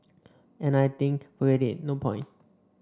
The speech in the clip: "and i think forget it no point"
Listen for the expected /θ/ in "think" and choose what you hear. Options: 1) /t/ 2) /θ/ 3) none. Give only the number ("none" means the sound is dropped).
1